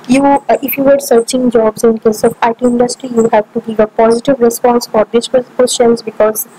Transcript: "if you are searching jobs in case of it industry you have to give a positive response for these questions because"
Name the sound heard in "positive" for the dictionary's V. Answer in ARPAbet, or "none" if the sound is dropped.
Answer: V